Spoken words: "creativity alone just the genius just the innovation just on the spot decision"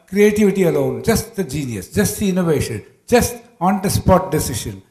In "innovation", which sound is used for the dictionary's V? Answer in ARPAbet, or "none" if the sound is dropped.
V